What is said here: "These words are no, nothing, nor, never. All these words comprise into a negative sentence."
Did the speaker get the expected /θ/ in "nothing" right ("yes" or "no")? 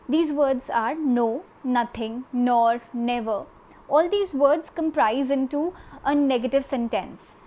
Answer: no